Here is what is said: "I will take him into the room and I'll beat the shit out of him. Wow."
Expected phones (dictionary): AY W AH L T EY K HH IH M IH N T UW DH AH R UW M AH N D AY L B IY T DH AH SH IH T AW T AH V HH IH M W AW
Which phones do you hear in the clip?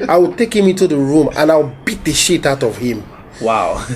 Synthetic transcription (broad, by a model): AY W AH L T EY K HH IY M IH N T UW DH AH R UW M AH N AY W B IY T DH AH SH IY T AW T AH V HH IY M W AW